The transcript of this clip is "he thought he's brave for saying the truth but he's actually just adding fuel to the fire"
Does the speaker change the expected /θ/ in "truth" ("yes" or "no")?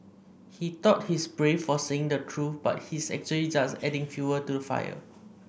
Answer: yes